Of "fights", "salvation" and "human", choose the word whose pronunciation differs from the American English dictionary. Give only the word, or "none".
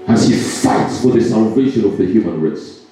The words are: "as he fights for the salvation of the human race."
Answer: none